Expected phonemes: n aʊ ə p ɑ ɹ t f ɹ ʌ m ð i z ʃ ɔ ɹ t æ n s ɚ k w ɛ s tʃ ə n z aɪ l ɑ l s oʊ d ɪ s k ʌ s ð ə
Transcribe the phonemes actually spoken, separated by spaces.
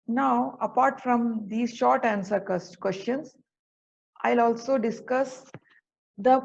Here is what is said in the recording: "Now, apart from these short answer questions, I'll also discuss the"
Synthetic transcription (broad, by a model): n aʊ ə p ɑ ɹ t f ɹ ʌ m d i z ʃ ɔ ɹ t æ n s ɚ k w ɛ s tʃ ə n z aɪ l ɑ l s oʊ d ɪ s k ʌ s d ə